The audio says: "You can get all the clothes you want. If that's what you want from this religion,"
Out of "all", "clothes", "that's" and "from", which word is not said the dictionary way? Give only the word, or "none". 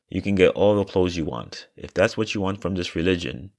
none